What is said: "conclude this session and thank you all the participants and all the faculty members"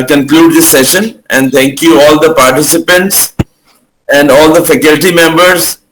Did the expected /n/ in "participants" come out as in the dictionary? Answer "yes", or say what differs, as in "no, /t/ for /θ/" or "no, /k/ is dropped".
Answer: yes